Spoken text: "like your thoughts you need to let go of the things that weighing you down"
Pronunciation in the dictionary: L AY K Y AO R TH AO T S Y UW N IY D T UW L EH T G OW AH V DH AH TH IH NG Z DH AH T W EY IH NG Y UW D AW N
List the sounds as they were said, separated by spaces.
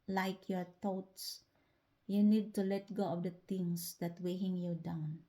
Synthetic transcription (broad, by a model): L AY K Y AO R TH AO T S Y UW N IY D T UW L EH T G OW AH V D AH T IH NG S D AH T W EY IH NG Y UW D AW N